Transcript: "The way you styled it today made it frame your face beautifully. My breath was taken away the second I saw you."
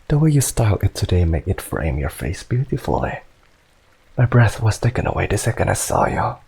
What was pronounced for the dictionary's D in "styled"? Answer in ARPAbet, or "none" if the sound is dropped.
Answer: none